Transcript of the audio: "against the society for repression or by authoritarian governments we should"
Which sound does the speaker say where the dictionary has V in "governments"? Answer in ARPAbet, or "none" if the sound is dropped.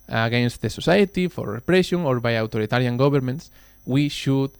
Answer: B